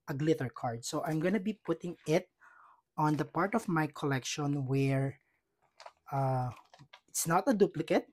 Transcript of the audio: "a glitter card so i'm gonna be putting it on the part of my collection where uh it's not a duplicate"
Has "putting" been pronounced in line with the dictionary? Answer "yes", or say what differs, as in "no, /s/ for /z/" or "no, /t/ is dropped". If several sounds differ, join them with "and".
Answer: yes